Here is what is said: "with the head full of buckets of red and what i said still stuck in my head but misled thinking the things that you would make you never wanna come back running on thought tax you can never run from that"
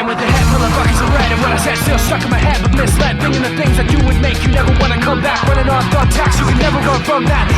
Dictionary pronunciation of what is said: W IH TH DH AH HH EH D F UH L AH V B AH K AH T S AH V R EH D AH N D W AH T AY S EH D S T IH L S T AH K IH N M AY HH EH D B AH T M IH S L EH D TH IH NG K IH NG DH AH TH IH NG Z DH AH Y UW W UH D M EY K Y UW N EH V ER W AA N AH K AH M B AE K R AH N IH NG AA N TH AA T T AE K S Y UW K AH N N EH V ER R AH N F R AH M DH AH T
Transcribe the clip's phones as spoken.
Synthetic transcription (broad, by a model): W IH DH AH HH EH D F UH L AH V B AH K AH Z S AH R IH D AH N W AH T AY S EH D S T IH L S T AH K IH M AY HH EH D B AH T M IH S L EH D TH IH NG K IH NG DH AH TH IH NG Z DH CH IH W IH D M EY K Y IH N EH V ER W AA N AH K AH M B AE K W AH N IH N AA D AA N T AE K S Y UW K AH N N EH V ER W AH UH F R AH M DH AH T